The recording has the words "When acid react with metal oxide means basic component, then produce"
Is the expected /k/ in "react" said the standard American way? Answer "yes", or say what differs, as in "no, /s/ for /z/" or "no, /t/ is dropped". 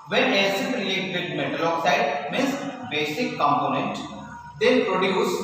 no, /k/ is dropped